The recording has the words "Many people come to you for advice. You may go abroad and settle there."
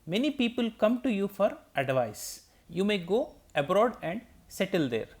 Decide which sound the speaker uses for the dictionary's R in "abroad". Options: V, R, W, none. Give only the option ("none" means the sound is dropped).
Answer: R